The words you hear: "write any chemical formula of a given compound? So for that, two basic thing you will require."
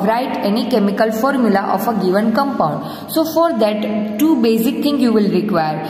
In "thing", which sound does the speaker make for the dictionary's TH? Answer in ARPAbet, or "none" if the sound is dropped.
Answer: T